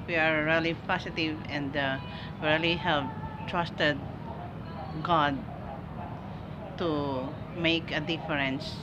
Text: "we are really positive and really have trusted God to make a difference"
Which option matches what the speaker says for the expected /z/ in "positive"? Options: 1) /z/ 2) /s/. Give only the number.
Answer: 2